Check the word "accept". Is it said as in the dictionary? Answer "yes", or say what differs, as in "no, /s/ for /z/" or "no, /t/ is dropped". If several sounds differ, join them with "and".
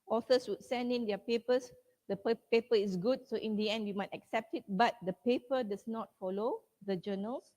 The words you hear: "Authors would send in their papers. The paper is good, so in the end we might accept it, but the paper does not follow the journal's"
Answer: yes